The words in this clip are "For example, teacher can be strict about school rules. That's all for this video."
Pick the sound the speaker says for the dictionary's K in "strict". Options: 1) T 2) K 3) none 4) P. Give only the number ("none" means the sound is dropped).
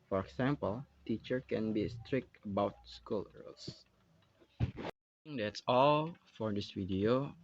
2